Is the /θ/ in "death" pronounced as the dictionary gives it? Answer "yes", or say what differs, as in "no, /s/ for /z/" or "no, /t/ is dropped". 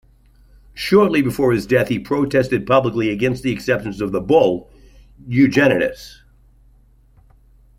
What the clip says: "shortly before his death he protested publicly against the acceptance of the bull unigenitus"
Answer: yes